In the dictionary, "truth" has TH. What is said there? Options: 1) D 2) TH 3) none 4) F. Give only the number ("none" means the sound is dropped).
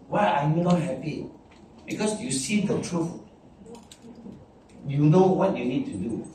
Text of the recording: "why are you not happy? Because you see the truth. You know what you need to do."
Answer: 4